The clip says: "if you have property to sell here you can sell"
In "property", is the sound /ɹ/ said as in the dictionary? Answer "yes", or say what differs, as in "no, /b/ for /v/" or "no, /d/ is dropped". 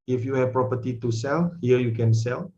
yes